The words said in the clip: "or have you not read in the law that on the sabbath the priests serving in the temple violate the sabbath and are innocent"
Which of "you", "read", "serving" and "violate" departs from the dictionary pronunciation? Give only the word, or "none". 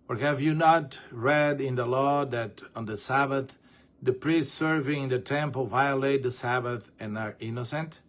none